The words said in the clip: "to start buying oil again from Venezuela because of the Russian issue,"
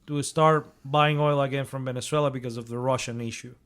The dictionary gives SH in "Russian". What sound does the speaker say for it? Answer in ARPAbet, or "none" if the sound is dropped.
SH